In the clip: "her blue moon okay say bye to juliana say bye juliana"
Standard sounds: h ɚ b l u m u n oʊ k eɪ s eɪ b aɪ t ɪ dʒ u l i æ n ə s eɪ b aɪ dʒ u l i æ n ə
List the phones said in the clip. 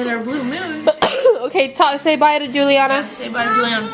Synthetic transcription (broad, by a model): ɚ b u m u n oʊ k eɪ s eɪ b aɪ t ɪ dʒ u l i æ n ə s eɪ b aɪ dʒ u l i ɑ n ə